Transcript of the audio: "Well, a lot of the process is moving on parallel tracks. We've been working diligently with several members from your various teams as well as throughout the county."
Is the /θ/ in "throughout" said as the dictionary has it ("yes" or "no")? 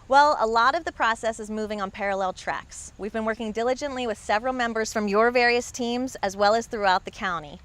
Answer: yes